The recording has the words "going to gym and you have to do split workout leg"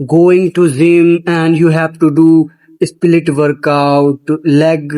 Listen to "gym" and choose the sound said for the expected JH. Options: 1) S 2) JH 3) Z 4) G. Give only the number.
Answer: 3